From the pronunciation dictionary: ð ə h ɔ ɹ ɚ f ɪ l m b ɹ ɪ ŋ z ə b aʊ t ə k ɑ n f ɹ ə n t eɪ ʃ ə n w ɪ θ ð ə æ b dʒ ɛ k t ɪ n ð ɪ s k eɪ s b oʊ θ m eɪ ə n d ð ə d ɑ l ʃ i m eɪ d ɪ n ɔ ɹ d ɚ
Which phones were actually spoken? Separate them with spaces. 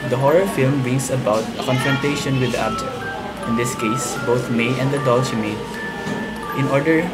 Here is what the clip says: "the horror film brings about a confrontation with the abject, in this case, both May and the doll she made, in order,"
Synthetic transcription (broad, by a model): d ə h ɔ ɹ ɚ f ɪ l m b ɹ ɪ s ə b aʊ t ə k ɑ n f ɹ ə n t eɪ ʃ ə n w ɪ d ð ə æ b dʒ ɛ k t ɪ n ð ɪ s k eɪ s b oʊ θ m eɪ ə n d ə d ɑ l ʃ m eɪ ɪ n ɔ ɹ d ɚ